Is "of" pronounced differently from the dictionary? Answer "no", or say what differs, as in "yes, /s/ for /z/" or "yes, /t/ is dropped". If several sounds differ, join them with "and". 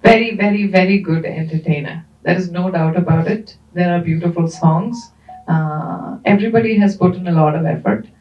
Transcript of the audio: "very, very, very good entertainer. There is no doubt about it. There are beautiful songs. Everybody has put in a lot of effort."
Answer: no